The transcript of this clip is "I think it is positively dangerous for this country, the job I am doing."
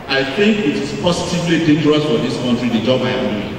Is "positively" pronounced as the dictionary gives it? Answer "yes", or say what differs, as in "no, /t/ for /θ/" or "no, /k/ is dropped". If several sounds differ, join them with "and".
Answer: no, /s/ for /z/ and /w/ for /l/